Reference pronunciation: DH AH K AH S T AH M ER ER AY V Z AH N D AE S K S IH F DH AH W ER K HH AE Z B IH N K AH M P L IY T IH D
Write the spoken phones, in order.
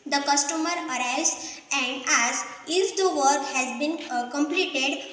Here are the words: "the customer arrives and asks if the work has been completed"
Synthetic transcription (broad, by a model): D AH K AH S T AH M ER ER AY Z AH N D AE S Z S IH F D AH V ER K HH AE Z B IH N K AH M P L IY T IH D